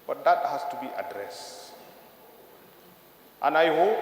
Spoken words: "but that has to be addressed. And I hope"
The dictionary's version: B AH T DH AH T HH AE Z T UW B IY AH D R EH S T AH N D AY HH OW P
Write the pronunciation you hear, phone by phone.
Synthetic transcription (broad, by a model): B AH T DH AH T HH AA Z T UW B IY AH D R EH S T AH N AY HH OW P